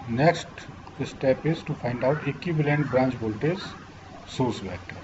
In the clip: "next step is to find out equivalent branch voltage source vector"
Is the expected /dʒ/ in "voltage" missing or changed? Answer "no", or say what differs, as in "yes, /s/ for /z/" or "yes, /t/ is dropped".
yes, /z/ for /dʒ/